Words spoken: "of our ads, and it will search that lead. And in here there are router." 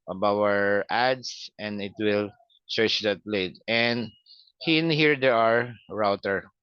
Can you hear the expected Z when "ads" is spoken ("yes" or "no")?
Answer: no